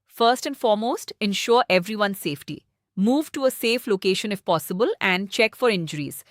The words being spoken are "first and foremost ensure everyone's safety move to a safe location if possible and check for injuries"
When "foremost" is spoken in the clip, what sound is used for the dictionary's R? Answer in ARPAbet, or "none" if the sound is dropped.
R